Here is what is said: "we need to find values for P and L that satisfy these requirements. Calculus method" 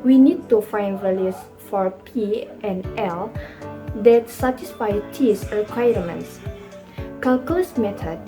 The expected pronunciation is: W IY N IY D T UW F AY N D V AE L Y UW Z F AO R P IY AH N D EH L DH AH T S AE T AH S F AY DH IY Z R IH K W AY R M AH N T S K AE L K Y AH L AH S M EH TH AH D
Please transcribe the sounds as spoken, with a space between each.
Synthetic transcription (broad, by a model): W IY N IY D T UW F AY N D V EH L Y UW S F AO R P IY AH N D EH L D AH T S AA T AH S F AY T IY S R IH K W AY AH M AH N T S K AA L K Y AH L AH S M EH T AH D